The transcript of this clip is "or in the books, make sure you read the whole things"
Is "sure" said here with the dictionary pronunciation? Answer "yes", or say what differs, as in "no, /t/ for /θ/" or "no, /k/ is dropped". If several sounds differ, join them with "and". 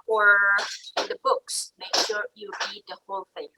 yes